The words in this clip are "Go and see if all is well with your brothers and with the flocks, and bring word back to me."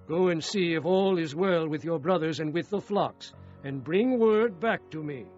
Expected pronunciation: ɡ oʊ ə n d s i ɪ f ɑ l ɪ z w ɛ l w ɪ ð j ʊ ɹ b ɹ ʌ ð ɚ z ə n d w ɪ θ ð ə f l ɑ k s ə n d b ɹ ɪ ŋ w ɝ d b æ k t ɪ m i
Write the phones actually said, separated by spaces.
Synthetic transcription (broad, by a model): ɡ oʊ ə n s i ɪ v ɑ l ɪ z w ɛ l w ɪ ð j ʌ ɹ b ɹ ʌ ð ɚ z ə n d w ɪ ð ə f l ɑ k s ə n b ɹ ɪ ŋ w ɝ d b æ k t ɪ m i